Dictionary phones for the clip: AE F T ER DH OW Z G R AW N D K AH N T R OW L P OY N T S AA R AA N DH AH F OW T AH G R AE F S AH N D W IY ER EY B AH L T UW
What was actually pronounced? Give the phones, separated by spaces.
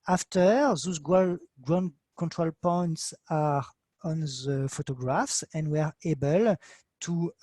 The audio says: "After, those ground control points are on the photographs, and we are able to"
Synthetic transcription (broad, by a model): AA F T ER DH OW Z G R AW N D K AH N T R OW L P OY N T S AA R AA N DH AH F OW T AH G R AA F S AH N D W ER EY B AH L T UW